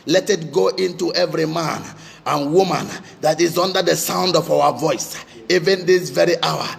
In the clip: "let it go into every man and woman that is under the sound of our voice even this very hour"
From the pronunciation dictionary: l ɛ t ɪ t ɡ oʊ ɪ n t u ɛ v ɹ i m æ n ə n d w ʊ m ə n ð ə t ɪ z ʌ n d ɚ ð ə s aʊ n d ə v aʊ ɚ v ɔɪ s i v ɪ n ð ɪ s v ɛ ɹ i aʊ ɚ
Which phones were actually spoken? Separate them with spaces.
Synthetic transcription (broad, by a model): l ɛ t ɪ t ɡ oʊ ɪ n t u ɛ v ɹ i m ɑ n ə n w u m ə n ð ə t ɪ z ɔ n d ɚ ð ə s aʊ n d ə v aʊ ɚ v ɔɪ s i v ɪ n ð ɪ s v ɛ ɹ i aʊ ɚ